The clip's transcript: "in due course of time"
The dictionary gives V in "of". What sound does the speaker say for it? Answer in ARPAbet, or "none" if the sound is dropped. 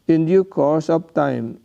P